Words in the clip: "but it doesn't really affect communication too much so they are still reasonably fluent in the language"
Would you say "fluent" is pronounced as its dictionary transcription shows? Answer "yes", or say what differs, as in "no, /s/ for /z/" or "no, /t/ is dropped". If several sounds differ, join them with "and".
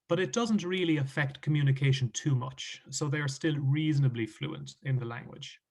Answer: yes